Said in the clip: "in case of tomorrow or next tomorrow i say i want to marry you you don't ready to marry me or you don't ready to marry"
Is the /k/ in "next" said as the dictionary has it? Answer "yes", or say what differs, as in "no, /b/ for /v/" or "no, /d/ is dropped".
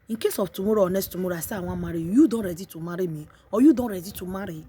no, /k/ is dropped